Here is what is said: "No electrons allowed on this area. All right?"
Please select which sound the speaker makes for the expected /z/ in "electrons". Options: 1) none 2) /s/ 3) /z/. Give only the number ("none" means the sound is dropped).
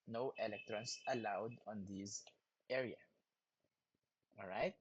2